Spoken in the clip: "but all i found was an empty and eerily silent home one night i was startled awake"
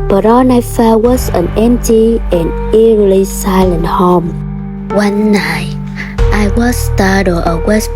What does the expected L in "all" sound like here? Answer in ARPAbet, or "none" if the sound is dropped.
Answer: N